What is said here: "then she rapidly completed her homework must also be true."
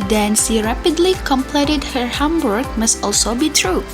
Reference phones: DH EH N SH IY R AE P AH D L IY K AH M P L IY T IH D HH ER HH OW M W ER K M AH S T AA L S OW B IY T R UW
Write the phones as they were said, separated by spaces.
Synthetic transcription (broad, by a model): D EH N S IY R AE P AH D L IY K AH M P L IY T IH D HH ER HH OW M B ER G M AH S T AA L S OW B IY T R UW